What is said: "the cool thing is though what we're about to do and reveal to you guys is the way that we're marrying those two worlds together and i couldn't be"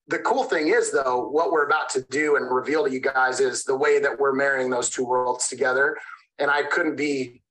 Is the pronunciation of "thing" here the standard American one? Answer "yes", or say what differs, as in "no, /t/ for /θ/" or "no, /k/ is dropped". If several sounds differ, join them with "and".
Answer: yes